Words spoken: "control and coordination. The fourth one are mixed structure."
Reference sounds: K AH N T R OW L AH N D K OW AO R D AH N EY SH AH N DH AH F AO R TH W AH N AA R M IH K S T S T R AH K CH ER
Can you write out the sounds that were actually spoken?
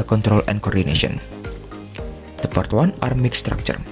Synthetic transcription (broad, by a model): K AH N T R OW L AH N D K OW AO R D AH N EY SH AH N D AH P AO R T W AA N AA R M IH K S S T R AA K CH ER